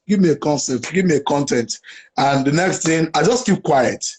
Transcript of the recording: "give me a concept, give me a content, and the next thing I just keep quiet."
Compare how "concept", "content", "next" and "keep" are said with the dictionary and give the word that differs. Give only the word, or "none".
concept